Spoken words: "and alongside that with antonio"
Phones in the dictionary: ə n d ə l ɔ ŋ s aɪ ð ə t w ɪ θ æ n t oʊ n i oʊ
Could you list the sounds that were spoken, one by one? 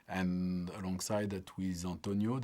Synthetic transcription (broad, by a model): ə n ə l ɔ ŋ s aɪ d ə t w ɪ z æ n t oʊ n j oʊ